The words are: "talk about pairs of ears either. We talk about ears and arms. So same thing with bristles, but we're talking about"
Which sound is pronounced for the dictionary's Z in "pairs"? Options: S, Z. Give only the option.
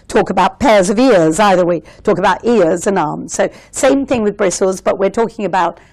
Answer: Z